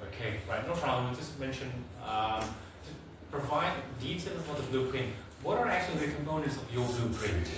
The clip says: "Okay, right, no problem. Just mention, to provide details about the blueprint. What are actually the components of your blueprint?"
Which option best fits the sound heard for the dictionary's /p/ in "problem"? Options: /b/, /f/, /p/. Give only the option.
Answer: /f/